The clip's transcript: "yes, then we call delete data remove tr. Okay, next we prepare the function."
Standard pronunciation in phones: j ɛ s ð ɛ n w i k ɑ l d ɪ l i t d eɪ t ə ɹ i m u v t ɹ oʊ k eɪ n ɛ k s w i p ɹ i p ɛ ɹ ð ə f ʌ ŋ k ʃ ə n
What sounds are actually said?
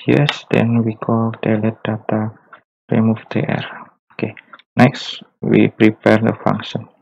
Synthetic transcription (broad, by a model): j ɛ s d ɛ n w i k ɑ l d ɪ l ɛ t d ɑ t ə ɹ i m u f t ɹ oʊ k eɪ n ɛ k s w i p ɹ i p ɛ ɹ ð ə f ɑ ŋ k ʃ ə n